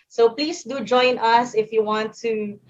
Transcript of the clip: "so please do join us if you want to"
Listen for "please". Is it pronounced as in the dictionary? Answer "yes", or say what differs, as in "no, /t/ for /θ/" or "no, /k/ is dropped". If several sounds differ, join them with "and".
no, /s/ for /z/